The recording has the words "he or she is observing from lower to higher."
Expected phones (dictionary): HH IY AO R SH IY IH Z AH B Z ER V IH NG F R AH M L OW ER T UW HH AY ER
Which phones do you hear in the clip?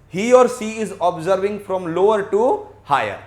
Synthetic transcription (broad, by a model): HH IY AO R S IY IH Z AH B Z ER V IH NG F R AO M L OW ER T UW HH AY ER